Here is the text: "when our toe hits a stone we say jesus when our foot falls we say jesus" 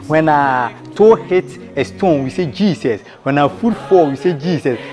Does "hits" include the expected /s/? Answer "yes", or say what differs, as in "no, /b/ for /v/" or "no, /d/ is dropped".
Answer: no, /s/ is dropped